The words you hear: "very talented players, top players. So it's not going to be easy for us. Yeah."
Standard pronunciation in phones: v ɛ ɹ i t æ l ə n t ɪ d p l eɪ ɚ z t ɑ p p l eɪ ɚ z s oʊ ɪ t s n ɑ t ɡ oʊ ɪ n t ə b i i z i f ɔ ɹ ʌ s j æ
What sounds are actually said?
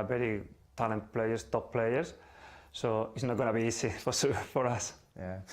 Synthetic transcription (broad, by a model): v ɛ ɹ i t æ l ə n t p l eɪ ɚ s t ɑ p p l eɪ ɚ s s oʊ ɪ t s n ɑ t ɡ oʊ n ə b i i s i f ɔ ɹ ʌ s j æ